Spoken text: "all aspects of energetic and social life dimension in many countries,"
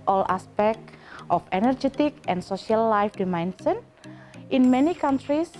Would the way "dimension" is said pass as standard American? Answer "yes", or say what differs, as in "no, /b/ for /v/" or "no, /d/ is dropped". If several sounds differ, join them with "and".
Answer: no, /s/ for /ʃ/